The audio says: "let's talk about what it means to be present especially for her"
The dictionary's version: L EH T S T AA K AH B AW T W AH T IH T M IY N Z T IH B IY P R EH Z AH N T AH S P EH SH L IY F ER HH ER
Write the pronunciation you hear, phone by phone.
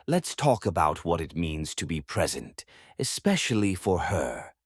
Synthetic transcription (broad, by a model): L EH T S T AA K AH B AW T W AH T IH T M IY N Z T IH B IY P R EH Z AH N T AH S P EH SH L IY F ER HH ER